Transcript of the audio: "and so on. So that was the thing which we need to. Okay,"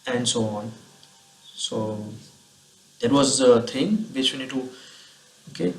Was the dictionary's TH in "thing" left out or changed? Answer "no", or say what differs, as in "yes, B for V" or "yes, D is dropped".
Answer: yes, T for TH